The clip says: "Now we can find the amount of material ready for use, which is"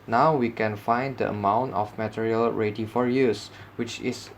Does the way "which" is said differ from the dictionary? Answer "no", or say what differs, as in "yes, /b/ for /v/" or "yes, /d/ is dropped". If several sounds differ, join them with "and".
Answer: no